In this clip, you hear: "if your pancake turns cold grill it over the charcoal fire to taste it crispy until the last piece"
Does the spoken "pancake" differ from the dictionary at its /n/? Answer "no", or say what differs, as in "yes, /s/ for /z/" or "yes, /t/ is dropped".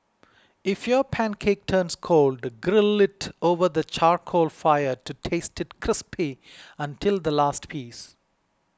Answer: no